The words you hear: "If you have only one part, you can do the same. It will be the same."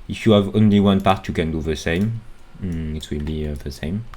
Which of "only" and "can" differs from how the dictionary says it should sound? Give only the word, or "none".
none